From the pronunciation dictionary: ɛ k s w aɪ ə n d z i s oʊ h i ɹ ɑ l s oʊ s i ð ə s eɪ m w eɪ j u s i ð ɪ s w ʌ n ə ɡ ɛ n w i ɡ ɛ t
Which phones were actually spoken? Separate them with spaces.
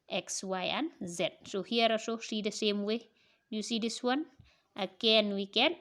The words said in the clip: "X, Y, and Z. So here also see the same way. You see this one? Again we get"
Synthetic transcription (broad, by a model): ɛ k s w aɪ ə n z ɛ s oʊ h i ɹ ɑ s oʊ s i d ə s eɪ m w eɪ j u s i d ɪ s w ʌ n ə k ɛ n w i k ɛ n